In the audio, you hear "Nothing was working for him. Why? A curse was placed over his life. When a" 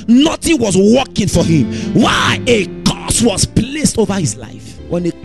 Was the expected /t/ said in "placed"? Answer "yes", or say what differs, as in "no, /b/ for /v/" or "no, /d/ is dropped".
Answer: yes